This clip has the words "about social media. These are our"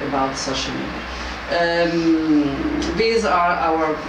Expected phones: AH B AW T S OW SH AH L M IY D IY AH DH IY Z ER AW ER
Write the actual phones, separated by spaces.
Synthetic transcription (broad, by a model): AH B AW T S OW SH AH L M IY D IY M DH IY Z ER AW ER